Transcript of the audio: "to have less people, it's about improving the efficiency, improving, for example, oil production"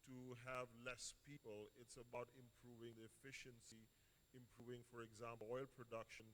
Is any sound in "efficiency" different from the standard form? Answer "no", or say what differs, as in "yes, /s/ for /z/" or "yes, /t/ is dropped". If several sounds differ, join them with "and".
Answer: no